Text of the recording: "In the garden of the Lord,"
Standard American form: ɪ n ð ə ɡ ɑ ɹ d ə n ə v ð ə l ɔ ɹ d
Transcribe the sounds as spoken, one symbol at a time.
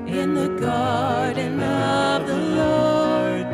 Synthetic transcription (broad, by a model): ɪ n ð ə ɡ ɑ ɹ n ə ə v ð ə l ɔ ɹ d